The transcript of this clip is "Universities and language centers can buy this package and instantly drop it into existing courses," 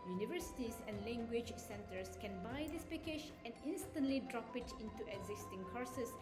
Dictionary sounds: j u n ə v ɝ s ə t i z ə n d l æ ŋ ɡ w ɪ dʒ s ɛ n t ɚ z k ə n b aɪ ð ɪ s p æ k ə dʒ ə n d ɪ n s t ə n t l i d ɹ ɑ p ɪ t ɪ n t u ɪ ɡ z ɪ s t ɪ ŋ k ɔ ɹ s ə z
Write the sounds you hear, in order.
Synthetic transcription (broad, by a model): j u n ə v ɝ s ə t i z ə n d l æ ŋ ɡ w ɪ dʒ s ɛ n t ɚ s k ə n b aɪ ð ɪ s p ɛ k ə ʃ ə n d ɪ n s t ə n t l i d ɹ ɑ p ɪ t ɪ n t u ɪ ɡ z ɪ s t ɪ ŋ k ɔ ɹ s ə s